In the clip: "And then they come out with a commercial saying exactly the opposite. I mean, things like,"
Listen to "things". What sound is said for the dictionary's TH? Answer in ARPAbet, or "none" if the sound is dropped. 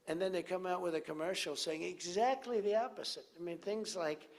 TH